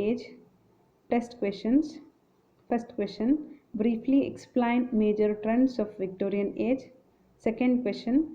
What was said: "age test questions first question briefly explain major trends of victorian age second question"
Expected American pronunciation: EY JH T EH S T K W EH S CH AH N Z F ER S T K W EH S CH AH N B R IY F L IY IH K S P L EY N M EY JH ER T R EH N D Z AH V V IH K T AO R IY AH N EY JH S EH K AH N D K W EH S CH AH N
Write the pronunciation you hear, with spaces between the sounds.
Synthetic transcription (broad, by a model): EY JH T EH S T K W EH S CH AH N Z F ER S T K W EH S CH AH N B R IY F L IY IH K S P L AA N M EY JH ER T R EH N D S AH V V IH K T AO R IY AH N EY JH S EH K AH N D K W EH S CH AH N